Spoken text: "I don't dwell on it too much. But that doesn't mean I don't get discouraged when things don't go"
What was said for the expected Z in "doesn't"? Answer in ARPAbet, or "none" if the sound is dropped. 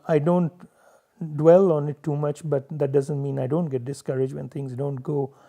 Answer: Z